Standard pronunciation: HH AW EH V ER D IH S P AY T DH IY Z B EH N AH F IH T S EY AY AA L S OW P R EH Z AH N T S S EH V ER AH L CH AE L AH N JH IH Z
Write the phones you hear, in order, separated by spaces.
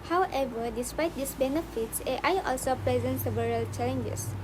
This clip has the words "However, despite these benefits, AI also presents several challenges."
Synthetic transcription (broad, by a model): HH AW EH V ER D IH S P AY T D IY S B EH N AH F IH T S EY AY AA L S OW P R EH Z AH N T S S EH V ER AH L CH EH L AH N JH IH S